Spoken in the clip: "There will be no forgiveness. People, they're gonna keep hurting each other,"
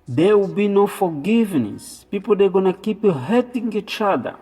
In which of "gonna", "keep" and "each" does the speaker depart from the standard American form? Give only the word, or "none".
none